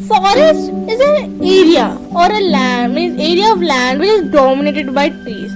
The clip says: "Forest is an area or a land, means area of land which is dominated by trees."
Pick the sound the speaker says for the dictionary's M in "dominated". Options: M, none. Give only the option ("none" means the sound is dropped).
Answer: M